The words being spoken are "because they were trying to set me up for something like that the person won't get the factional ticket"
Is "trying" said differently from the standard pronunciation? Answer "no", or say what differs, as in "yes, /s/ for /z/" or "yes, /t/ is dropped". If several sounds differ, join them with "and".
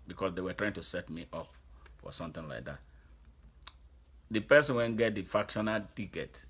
no